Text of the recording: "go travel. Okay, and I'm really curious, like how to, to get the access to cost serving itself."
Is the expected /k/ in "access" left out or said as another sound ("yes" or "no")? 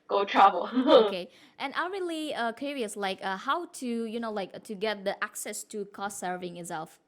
no